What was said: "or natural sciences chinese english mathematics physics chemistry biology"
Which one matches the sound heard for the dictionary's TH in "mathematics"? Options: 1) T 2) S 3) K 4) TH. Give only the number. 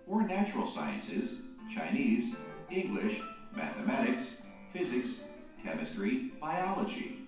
4